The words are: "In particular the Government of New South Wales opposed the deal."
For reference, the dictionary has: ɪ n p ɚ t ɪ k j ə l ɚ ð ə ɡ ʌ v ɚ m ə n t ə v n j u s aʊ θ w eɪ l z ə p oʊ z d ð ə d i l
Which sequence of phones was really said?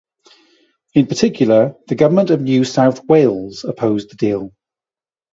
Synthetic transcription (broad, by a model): ɪ n p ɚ t ɪ k j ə l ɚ ð ə ɡ ʌ v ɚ m ə n t ə v n j u s aʊ θ w eɪ l z ə p oʊ z ð ə d i l